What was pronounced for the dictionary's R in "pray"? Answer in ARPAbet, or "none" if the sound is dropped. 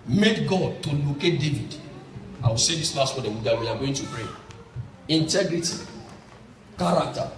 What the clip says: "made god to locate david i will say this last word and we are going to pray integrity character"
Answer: R